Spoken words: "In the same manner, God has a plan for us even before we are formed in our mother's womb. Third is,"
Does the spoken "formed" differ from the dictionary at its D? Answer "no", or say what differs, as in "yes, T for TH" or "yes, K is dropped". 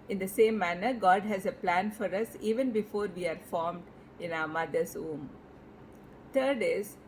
no